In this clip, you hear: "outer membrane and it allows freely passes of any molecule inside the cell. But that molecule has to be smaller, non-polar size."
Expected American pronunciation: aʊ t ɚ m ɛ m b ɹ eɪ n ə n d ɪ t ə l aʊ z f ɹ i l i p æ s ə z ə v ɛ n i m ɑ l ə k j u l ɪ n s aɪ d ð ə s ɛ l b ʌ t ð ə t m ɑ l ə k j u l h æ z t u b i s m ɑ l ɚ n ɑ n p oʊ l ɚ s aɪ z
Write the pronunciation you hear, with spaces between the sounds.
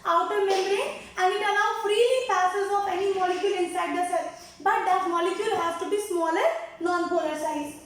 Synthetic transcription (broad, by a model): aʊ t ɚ m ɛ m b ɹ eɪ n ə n ɪ t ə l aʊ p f ɹ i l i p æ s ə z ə p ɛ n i m ɑ l ə k j u l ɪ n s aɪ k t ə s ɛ b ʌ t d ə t m ɑ l ə k j u l h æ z t u b i s m ɑ l ɚ n ɑ n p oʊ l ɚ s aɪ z